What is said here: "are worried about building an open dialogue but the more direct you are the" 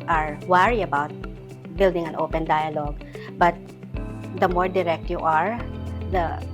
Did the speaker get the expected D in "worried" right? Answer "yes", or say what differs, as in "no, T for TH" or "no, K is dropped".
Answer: no, D is dropped